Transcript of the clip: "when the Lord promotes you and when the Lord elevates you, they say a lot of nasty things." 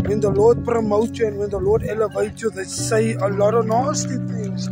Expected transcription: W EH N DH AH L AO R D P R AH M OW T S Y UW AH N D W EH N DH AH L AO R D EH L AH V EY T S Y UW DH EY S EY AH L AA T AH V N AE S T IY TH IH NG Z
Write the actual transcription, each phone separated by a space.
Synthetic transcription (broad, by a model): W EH N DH AH L AO D P R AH M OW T Y UW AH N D W EH N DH AH L AO D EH L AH V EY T Y UW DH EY S EY AH L AA T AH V N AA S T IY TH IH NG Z